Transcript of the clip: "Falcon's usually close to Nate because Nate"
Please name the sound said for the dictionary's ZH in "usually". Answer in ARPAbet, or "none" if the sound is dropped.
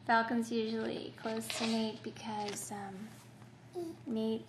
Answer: ZH